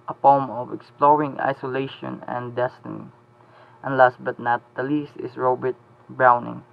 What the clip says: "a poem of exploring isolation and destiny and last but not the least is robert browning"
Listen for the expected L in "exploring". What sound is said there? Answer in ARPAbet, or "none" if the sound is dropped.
L